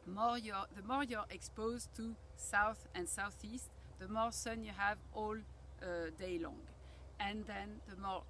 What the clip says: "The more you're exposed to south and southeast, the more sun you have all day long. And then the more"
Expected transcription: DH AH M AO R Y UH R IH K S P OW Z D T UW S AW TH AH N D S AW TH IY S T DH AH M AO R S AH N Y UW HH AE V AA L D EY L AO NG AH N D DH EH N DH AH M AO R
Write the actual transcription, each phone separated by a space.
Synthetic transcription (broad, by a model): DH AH M AO R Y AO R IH K S P OW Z T UW S AW TH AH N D S AW TH IY S T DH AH M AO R S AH N Y UW HH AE V AA L D EY L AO NG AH N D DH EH N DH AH M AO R